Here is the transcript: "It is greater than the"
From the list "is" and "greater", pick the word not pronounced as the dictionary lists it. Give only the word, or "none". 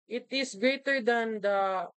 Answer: is